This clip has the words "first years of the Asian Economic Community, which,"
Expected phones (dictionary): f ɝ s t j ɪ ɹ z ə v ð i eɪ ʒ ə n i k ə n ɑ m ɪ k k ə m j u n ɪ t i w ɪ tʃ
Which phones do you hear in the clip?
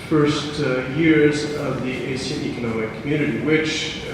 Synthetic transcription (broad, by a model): f ɝ s t j ɪ ɹ z ə v ð i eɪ s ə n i k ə n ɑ m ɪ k k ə m j u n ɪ t i w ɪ tʃ